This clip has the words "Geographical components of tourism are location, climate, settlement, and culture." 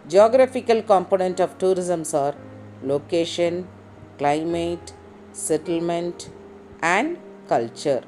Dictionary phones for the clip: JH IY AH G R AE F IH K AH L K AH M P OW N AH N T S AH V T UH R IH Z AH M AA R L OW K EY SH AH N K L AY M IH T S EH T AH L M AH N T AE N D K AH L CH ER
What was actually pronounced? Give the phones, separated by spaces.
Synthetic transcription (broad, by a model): JH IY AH G R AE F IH K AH L K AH M P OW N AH N T AH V T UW R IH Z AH M AA R L OW K EY SH AH N K L AY M IH T S EH T AH L M AH N T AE N D K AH L CH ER